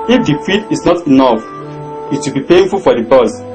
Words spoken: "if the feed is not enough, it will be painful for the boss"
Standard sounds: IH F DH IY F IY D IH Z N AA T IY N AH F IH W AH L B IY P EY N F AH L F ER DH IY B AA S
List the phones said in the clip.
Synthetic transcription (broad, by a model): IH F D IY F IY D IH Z N AA T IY N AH F IH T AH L B IY P EY N F AH L F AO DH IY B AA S